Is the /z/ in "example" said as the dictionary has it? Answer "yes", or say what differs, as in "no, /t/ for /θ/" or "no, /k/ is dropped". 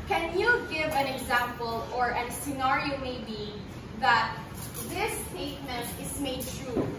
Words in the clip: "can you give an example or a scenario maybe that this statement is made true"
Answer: yes